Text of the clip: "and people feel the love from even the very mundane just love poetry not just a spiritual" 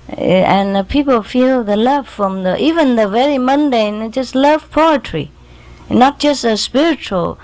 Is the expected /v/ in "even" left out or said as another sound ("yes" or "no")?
no